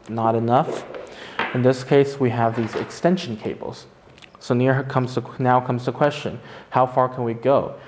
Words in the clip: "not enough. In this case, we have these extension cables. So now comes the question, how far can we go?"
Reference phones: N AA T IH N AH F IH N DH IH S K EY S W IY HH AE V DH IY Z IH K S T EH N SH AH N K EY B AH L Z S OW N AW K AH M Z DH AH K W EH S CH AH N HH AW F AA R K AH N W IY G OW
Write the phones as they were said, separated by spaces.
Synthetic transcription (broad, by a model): N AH T IH N AH F IH N DH IH S K EY S W IY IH V DH IY Z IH K S T EH N SH N K EY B L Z S OW N AW K AH M Z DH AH K W EH S CH AH N HH AW F AA R K AH N W IY G OW